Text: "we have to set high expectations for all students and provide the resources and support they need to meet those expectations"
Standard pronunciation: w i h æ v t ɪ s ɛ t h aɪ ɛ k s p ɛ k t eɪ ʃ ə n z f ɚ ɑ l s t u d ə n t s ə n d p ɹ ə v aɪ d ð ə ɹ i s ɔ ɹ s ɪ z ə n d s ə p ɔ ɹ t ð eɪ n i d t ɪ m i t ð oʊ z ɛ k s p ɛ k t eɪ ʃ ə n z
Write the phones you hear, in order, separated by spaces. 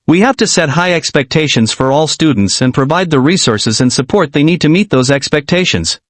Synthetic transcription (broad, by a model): w i h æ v t ɪ s ɛ t h aɪ ɛ k s p ɛ k t eɪ ʃ ə n z f ɚ ɑ l s t u d n t s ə n p ɹ ə v aɪ d ð ə ɹ i s ɔ ɹ s ɪ z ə n s ə p ɔ ɹ t ð eɪ n i d t ɪ m i t ð oʊ z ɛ k s p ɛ k t eɪ ʃ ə n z